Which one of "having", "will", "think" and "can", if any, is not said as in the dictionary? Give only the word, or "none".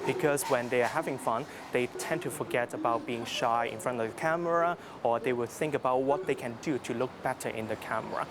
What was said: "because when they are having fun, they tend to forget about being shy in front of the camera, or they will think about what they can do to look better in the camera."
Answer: none